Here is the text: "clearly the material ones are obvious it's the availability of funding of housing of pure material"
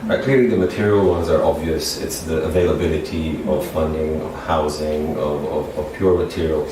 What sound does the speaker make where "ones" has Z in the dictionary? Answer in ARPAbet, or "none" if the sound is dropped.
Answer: Z